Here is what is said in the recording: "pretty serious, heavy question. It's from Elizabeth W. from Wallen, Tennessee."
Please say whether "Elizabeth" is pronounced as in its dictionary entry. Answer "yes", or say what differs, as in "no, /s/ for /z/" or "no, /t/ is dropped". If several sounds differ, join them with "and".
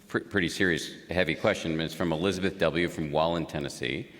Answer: yes